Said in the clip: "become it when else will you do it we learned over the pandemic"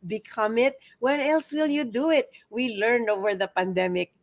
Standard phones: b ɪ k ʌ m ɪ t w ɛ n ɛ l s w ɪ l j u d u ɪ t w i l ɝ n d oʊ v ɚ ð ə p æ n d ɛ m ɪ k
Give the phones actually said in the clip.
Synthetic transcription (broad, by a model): b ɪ k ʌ m ɪ t w ɛ n ɛ l s w ɪ l j u d u ɪ t w i l ɝ n oʊ v ɚ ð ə p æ n d ɛ m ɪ k